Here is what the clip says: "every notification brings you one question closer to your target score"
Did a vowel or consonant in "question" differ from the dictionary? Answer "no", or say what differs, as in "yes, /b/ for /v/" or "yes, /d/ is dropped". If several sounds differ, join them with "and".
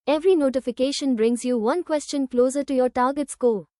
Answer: no